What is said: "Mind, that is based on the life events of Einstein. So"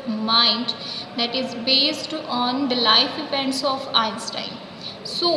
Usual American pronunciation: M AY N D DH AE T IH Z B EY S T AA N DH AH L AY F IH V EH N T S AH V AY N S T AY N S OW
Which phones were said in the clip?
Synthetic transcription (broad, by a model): M AY N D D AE T IH Z B EY S T AA N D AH L AY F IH P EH N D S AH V AY N S T AY N S OW